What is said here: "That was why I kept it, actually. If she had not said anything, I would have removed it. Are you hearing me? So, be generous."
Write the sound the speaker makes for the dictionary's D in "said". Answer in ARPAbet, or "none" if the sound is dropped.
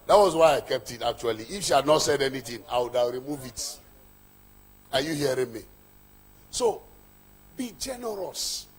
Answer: D